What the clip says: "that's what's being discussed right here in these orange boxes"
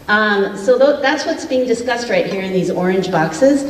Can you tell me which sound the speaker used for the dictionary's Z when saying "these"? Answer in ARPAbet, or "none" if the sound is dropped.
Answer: Z